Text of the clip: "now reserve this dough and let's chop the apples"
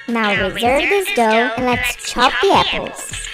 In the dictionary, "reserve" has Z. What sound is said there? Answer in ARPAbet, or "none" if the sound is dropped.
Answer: Z